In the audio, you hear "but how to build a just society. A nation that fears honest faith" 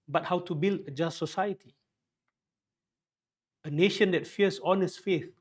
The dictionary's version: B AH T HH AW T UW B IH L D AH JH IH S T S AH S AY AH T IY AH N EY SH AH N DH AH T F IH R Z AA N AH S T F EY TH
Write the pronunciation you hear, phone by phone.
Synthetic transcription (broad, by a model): B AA T HH AW T UW B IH L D AH JH IH S T S AH S AY AH T IY AH N EY SH AH N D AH T F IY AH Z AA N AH S F EY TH